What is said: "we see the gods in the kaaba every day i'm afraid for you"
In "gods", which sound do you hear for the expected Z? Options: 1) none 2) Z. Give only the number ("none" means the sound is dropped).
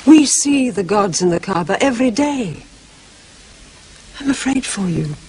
2